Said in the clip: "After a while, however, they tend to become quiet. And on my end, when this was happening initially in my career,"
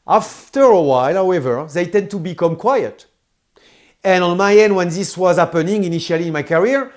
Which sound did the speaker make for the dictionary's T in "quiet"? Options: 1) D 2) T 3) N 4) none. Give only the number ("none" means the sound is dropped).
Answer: 2